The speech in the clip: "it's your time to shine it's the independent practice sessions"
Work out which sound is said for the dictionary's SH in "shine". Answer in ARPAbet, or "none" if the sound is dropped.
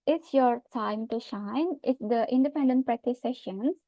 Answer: SH